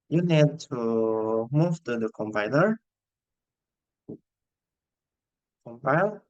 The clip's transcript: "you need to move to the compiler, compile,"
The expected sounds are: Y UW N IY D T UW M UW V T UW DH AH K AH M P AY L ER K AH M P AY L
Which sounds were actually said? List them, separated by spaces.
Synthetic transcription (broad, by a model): Y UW N IY D T UW M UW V T UW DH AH K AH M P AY N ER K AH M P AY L